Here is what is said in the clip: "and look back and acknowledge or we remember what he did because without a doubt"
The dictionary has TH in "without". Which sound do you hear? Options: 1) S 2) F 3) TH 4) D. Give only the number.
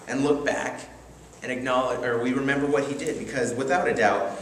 3